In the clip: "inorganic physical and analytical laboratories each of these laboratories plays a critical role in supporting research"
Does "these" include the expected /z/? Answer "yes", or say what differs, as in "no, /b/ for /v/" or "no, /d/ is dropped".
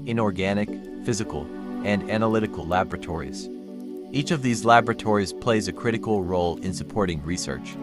yes